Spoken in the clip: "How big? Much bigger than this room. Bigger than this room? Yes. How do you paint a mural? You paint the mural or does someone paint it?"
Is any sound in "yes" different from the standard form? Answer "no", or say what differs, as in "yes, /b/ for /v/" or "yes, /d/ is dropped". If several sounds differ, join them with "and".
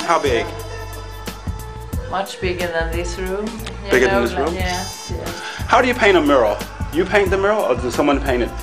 yes, /s/ is dropped